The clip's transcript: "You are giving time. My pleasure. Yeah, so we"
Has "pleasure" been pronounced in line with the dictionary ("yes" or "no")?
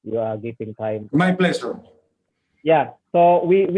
no